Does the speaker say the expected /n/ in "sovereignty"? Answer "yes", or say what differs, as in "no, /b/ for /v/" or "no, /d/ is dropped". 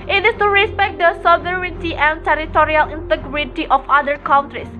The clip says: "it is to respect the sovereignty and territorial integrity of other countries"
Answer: no, /n/ is dropped